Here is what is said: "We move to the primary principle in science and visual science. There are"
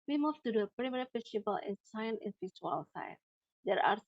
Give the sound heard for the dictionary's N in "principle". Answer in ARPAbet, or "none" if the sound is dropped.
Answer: none